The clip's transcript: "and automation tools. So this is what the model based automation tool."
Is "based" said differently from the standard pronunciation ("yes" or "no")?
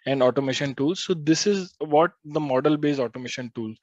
yes